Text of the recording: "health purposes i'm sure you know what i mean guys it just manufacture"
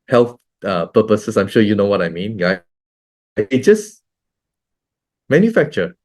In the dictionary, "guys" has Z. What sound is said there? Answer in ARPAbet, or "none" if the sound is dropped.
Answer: none